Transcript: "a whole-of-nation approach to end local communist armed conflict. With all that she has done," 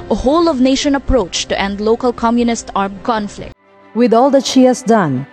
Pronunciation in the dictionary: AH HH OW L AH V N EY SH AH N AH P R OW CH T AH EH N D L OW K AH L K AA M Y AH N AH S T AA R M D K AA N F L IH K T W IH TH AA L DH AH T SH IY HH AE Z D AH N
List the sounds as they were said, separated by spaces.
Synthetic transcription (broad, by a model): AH HH OW L AH V N EY SH AH N AH P R OW CH T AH EH N D L OW K AH L K AA M Y AH N AH S T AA R M K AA N F L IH K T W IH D AA L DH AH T SH IY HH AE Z D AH N